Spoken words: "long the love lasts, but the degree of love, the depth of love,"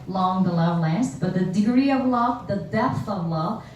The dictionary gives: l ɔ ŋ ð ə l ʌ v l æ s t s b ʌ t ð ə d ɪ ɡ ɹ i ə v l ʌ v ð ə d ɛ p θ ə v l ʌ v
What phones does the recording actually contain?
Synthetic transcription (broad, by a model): l ɔ ŋ ð ə l ʌ v l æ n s b ʌ t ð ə d ɪ ɡ ɹ i ə v l ʌ v ð ə d ɛ p θ ə v l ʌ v